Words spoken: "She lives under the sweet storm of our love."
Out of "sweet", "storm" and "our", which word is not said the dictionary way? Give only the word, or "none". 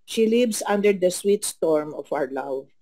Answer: none